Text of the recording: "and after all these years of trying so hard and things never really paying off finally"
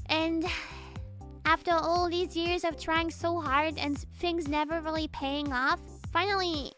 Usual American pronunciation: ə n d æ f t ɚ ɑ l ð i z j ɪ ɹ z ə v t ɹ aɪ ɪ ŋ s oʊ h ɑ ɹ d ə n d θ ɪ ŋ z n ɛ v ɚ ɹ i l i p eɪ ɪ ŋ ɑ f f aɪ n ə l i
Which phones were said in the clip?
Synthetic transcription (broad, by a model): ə n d æ f t ɚ ɑ l ð i z j ɪ ɹ z ə v t ɹ aɪ ɪ ŋ s oʊ h ɑ ɹ d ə n θ ɪ ŋ z n ɛ v ɚ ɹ l i p eɪ ɪ ŋ ɑ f f aɪ n l i